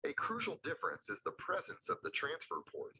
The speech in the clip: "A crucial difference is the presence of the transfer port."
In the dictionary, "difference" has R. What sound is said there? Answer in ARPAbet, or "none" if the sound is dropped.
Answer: R